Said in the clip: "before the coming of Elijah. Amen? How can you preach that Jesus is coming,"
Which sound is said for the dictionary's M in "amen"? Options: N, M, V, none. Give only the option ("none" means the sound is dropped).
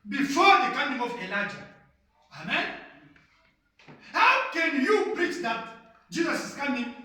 M